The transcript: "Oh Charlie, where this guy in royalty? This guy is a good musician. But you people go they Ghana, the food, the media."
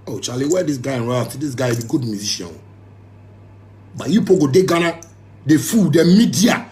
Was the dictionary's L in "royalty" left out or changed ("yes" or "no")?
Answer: yes